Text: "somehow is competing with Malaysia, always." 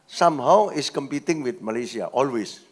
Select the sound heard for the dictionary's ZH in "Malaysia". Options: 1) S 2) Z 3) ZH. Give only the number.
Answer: 1